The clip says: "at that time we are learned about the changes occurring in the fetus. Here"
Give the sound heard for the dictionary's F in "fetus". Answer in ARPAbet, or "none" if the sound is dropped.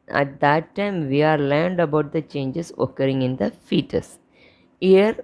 F